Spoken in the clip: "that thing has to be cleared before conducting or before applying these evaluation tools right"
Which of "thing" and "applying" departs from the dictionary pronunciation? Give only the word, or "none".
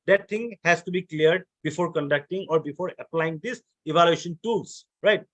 thing